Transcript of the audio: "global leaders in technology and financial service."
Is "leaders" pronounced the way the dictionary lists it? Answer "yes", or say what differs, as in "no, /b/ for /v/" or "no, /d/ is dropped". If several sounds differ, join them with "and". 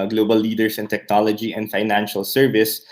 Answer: no, /s/ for /z/